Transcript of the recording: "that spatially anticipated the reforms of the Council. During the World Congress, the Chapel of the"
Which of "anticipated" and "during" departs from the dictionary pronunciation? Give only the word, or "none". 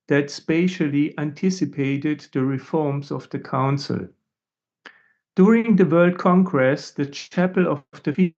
none